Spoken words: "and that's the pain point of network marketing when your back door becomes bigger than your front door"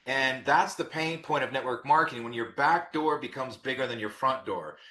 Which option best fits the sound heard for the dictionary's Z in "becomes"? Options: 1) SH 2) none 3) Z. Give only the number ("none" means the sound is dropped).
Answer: 3